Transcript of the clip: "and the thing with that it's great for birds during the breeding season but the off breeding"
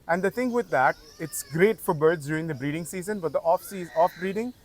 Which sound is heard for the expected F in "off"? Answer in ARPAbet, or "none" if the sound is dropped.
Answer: F